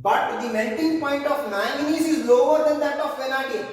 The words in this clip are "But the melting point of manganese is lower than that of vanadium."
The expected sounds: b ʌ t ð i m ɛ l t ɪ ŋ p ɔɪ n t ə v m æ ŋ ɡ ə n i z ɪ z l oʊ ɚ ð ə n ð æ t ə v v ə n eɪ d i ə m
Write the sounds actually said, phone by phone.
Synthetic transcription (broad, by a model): b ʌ t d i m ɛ n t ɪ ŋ p ɔɪ n t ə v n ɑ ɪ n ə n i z ɪ z l oʊ ɚ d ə n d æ t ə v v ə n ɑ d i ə